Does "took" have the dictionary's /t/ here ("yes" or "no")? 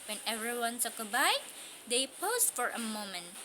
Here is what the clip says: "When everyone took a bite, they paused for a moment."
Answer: no